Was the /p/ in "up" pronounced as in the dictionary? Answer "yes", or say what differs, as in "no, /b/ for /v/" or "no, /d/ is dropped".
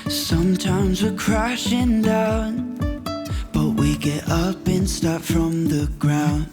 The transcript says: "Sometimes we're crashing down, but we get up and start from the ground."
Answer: yes